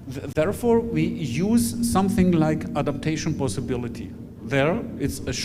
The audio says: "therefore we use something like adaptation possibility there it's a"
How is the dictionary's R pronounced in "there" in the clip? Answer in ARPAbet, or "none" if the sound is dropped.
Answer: R